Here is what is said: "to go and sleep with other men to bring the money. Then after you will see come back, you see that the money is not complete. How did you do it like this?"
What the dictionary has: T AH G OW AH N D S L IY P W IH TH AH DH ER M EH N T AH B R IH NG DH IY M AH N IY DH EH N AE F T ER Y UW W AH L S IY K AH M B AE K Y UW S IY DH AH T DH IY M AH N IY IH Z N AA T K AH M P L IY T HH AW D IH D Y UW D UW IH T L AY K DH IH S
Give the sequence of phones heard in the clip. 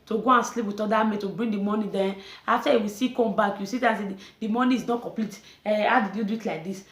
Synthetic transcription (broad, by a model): T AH G OW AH N S L IY P W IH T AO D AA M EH T AH B R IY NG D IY M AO N IY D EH AA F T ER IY W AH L S IY K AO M B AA K Y UW S IY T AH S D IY M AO N IY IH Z N AA T K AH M P L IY T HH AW D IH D Y UW D UW IH T L AY K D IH S